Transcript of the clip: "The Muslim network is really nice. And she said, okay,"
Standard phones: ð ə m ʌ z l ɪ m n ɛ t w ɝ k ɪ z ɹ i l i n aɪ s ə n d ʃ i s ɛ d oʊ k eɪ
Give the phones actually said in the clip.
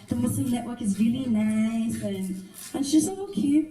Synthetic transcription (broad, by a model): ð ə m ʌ s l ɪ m n ɛ t w ɝ k ɪ z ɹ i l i n aɪ s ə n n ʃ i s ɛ oʊ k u